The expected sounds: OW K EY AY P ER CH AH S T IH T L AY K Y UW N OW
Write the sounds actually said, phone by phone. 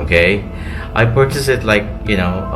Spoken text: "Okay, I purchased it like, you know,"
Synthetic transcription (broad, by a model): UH K EY AY P ER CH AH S IH T L AY K Y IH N OW